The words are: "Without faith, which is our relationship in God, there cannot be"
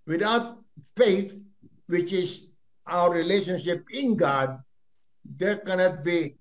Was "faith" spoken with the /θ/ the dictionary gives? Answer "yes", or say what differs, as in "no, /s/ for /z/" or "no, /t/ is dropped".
no, /t/ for /θ/